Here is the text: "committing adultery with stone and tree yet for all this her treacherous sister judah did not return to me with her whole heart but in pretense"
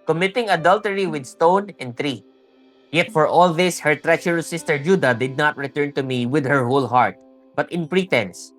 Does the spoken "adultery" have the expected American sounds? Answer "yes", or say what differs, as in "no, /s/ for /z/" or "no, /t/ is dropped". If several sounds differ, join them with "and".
yes